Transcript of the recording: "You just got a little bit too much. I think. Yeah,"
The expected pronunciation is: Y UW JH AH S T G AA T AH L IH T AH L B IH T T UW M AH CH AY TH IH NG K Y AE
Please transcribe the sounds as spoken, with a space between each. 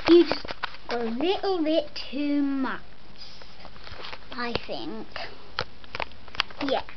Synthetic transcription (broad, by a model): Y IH JH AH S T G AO AH L IH T L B IH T T UW M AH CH AY TH IH NG K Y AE